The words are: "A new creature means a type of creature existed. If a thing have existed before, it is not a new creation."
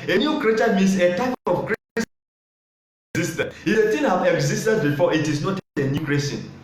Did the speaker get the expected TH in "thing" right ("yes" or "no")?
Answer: no